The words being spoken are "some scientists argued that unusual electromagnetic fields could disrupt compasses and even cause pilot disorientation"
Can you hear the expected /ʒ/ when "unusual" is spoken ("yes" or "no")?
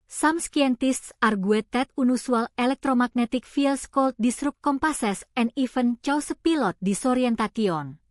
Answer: no